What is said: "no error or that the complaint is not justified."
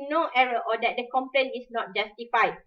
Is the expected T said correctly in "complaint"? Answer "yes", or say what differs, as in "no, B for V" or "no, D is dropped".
no, T is dropped